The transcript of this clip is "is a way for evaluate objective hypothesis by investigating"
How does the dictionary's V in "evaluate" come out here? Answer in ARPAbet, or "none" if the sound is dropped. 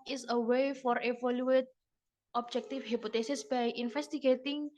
F